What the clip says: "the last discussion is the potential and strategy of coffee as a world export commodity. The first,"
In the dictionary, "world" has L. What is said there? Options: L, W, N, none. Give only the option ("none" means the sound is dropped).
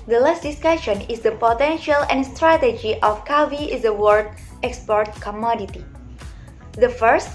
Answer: none